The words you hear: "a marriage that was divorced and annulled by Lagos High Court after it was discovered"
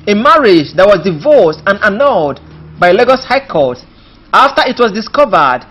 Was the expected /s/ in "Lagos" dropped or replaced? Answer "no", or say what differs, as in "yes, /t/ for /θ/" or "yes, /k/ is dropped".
no